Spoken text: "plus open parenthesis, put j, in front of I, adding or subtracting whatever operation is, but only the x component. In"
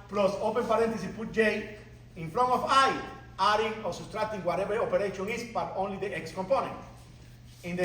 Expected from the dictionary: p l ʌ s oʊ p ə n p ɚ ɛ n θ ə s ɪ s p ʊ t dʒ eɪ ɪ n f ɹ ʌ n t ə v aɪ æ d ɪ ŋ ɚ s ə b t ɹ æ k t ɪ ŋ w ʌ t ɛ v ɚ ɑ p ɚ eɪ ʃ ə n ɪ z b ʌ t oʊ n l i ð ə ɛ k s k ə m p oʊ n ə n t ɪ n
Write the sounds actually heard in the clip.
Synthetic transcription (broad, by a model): p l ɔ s oʊ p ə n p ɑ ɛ n t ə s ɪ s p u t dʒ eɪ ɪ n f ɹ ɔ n ə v aɪ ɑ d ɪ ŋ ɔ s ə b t ɹ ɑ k t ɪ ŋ w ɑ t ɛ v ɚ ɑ p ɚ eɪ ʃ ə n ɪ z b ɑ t oʊ n l i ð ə ɛ k s k ə m p oʊ n ə n t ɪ n